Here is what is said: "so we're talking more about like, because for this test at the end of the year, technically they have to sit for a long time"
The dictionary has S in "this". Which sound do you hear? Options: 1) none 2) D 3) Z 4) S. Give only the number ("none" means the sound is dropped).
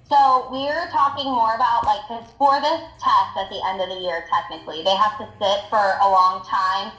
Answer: 4